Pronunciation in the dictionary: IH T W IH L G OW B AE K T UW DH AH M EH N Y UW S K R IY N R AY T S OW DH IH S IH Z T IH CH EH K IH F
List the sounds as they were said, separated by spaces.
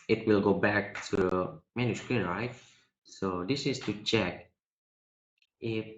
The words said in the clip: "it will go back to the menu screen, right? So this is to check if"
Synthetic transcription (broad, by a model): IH T W IH L G OW B AE K T UW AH M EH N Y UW S K R IY N R AY T S OW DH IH S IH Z T IH CH EH K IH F